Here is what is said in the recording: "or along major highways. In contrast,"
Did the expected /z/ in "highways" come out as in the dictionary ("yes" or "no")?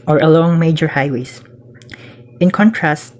no